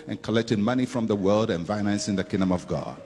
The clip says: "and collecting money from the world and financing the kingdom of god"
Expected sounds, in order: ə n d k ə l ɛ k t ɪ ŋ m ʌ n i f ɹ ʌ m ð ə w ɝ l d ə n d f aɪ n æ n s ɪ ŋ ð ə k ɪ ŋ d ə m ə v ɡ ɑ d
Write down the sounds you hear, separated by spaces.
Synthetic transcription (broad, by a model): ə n k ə l ɛ k t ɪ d m ʌ n i f ɹ ʌ m ð ə w ɝ l d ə n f aɪ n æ n s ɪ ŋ ð ə k ɪ ŋ d ə m ə v ɡ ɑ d